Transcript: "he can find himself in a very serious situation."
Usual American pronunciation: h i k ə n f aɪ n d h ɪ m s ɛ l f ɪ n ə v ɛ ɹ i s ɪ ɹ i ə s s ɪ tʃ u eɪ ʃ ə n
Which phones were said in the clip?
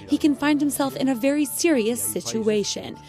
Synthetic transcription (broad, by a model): h i k ə n f aɪ n d h ɪ m s ɛ l f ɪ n ə v ɛ ɹ i s ɪ ɹ i ə s s ɪ tʃ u eɪ ʃ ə n